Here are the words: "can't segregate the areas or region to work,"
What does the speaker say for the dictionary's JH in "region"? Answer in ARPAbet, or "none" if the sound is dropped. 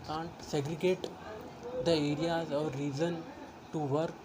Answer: Z